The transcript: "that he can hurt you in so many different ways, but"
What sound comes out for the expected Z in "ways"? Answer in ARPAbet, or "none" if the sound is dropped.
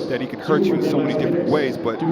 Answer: Z